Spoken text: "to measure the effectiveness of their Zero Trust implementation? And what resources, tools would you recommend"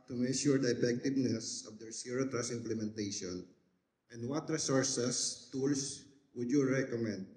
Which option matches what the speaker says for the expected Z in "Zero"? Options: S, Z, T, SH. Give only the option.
S